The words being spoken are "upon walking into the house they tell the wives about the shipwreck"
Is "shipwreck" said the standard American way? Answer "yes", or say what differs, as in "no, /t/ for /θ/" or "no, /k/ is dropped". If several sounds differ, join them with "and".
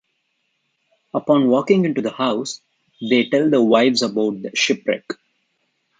yes